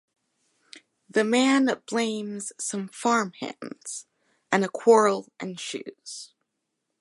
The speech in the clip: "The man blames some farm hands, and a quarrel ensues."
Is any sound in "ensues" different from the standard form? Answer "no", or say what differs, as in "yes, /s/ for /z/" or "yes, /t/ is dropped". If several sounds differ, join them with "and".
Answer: yes, /ʃ/ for /s/